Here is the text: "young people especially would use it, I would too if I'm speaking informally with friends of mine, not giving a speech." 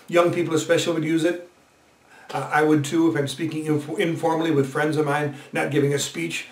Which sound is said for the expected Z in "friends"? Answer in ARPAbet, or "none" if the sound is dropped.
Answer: Z